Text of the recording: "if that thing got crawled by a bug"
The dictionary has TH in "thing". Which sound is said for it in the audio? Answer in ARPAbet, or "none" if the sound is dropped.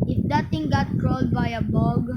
T